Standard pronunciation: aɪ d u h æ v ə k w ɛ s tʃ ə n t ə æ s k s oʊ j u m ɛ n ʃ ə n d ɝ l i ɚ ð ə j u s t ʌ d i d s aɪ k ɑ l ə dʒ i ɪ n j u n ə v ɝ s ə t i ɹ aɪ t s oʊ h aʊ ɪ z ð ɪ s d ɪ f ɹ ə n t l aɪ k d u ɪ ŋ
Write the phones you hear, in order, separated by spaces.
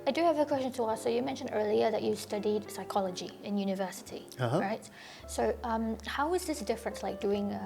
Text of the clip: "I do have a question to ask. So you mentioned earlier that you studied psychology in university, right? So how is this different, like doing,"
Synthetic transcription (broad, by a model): aɪ d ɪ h v ə k w ɛ s tʃ ə n t ə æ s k s oʊ j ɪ m ɛ n ʃ ə n d ɝ l i ɚ ð ə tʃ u s t ʌ d i d s aɪ k ɑ l ə dʒ i ɪ n j u n ə v ɝ s ə t i ɹ aɪ t s oʊ h aʊ ɪ z ð ɪ s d ɪ f ɹ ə n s l aɪ k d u ɪ ŋ